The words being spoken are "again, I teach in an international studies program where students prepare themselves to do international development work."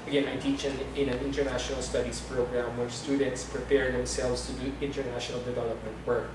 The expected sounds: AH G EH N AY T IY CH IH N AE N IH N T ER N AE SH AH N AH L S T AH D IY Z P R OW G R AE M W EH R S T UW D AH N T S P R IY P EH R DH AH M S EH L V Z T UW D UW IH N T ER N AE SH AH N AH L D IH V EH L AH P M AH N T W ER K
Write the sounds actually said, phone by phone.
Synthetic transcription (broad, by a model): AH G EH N AY T IY CH IH N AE N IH N T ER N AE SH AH N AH L S T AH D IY S P R OW G R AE M W EH R S T UW D AH N T S P R IY P EH R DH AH M S EH L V S T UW D UW IH N T ER N AE SH AH N AH L D IH V EH L AH P M AH N T W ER K